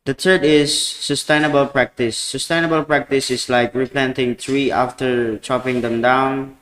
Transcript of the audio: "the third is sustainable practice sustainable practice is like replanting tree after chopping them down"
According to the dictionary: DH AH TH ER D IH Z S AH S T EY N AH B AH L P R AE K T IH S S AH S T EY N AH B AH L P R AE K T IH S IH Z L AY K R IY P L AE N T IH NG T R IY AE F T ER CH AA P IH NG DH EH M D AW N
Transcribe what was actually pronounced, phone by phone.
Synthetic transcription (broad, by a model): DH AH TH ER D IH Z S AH S T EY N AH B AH L P R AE K T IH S S AH S T EY N AH B AH L P R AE K T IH S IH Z L AY K R IY P L AE N T IH NG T R IY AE F T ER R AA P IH NG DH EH M D AW N